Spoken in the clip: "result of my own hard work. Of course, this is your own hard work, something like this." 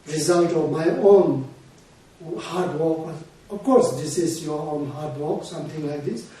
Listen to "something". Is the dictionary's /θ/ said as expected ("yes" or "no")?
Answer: no